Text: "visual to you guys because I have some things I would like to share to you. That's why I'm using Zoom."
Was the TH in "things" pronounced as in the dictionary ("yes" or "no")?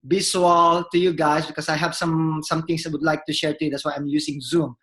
no